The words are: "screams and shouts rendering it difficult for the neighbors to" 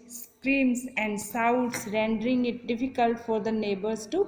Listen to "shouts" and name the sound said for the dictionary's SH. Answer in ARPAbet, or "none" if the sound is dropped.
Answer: S